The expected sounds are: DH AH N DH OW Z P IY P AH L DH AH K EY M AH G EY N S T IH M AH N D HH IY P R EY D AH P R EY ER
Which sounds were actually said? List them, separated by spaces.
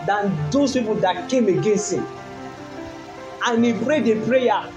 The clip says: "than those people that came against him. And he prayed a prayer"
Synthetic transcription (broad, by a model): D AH N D OW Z P IY P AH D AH K EY M AH G EY N S T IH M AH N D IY P R EY D AH P R EY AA